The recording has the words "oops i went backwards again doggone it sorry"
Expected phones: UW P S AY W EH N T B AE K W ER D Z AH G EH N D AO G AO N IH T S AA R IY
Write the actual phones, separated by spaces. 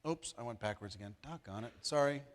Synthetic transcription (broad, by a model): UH P S AY W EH N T B AE K W ER D Z AH G EH N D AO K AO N IH T S AA R IY